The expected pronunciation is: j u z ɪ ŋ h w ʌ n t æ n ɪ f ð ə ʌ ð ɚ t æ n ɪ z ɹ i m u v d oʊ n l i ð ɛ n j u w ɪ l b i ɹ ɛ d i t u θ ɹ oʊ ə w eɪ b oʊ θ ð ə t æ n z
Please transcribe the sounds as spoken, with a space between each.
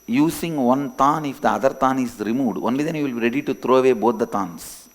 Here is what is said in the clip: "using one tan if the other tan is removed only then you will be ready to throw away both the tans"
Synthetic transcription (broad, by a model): j u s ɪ ŋ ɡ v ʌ n t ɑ n ɪ f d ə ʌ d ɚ t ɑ n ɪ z ɹ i m u d oʊ n l i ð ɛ n j u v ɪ l b i ɹ ɛ d i t u t ɹ oʊ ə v eɪ b oʊ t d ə t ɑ n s